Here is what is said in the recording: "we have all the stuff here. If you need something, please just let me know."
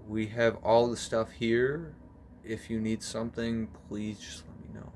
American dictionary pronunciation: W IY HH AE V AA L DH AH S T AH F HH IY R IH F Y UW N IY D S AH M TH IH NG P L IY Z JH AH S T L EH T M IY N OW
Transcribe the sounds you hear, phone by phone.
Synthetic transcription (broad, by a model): W IY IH V AA L DH AH S T AH F HH IY R IH F Y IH N IY D S AH M TH IH NG P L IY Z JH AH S L EH T M IY N OW